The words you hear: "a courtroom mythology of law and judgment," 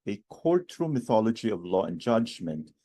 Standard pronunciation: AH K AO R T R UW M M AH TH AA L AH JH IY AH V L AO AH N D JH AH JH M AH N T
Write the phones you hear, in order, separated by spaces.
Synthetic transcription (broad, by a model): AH K AO R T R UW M M AH TH AA L AH JH IY AH V L AO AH N JH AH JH M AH N T